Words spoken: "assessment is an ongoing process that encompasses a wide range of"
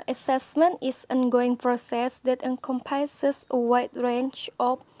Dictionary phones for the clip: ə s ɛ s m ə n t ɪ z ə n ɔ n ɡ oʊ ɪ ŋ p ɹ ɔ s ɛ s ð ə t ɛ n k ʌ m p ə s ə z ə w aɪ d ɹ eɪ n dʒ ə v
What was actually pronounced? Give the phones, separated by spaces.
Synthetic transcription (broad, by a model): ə s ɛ s m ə n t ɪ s ɔ n ɡ oʊ ɪ ŋ p ɹ ɔ s ɛ s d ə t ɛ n k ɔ m p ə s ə s ə w aɪ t ɹ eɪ n tʃ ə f